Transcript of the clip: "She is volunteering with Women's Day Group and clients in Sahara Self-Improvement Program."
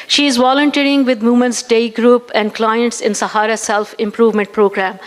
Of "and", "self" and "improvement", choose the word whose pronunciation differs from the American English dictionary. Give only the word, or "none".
none